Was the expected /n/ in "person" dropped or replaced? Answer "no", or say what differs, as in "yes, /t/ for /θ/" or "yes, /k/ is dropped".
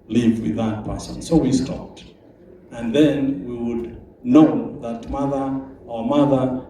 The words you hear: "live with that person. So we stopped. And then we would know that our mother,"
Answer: no